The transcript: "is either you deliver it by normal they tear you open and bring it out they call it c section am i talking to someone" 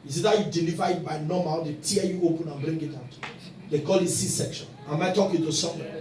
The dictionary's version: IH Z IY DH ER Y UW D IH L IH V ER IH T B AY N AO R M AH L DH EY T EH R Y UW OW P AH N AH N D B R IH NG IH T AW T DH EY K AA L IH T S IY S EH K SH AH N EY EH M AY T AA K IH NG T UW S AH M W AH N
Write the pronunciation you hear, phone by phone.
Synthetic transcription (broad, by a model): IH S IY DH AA Y UW D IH L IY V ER IH T B AY N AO M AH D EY T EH Y UW OW P AH N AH N B R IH NG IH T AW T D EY K AA L IH T S IY S EH K SH AH N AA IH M AY T AA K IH T UW S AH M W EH